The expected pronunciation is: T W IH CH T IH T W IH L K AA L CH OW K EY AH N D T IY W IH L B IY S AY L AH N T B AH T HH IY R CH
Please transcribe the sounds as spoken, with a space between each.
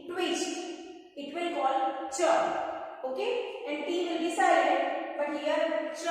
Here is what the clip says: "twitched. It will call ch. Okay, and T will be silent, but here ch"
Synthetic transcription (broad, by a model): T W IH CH IH T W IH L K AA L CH OW K EY AH N D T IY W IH L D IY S AY AH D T B AH T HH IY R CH